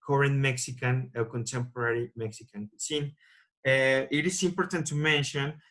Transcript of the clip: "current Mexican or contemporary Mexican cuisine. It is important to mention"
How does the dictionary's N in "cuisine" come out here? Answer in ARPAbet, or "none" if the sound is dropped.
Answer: none